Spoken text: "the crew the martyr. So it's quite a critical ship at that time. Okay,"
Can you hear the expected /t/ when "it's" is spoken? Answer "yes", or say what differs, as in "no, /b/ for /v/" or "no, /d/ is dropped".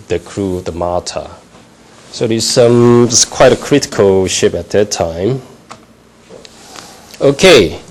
no, /s/ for /t/